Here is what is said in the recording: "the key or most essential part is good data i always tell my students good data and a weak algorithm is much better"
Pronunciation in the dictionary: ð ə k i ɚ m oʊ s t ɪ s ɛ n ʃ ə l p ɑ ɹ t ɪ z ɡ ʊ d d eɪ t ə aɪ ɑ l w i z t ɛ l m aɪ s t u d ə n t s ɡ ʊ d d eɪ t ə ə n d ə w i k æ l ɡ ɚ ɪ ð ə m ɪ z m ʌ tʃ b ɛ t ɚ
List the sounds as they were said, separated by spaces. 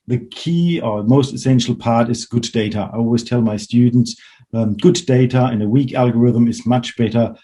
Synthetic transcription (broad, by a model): ð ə k i ɚ m oʊ s t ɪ s ɛ n ʃ l p ɑ ɹ t ɪ z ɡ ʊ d d eɪ t ə aɪ ɑ l w i z t ɛ l m aɪ s t u d n t s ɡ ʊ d d eɪ t ə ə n ə w i k æ l ɡ ɚ ɪ ð ə m ɪ z m ʌ tʃ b ɛ t ɚ